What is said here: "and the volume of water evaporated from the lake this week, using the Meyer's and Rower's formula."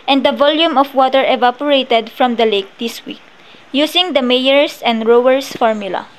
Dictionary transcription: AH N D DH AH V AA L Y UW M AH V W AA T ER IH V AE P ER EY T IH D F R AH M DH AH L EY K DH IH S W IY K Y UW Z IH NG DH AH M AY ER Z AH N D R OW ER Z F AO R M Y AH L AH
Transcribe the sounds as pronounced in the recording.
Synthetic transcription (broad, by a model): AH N D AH V AA L Y UW M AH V W AA T ER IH V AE P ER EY T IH D F R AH M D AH L EY K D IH S W IY K Y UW S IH NG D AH M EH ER S AH N D R OW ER S F AO R M Y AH L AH